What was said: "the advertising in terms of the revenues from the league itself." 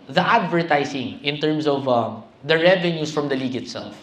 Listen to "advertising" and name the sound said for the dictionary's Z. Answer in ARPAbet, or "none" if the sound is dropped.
S